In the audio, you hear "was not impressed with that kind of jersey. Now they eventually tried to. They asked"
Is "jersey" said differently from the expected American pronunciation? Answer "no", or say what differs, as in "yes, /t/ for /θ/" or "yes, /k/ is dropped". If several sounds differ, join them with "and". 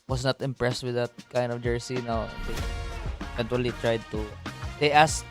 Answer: yes, /s/ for /z/